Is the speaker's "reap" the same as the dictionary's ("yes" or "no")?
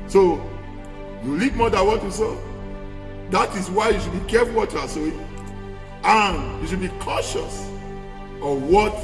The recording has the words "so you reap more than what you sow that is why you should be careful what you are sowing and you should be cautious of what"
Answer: no